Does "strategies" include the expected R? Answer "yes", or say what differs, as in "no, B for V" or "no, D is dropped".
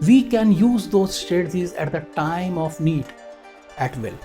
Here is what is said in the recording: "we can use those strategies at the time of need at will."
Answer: no, R is dropped